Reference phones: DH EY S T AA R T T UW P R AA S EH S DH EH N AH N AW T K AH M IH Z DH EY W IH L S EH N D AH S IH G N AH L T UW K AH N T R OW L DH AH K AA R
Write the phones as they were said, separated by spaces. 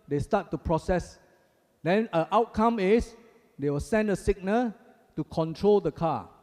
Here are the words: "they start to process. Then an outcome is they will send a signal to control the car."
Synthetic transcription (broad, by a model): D EY S T AA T T UW P R AA S EH S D EH N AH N AW T K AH M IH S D EY W IH L S EH N D AH S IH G N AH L T UW K AH N T R OW L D AH K AA